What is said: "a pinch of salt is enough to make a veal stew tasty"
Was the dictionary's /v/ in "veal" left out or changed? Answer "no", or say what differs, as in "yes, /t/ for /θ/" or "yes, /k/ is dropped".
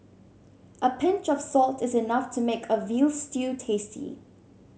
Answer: no